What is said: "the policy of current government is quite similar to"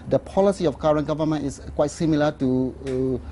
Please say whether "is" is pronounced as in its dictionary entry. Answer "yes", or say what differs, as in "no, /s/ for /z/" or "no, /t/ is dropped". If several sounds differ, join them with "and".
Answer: no, /s/ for /z/